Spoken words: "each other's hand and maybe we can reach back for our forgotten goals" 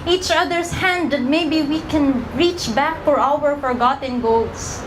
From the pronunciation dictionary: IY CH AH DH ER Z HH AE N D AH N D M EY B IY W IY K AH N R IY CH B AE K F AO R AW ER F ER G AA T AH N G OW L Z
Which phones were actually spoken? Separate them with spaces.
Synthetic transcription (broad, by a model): IY CH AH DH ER S HH AE N D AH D M EY B IY W IY K AH N R IY CH B AE K F AO R AW ER F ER G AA T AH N G OW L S